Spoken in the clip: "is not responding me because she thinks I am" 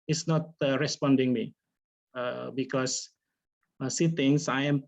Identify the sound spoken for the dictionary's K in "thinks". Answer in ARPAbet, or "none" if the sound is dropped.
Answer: none